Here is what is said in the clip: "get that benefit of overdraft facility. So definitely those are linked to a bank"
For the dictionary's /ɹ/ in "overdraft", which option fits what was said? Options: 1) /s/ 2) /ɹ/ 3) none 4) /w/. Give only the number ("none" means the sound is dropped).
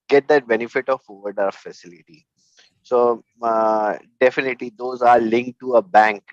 3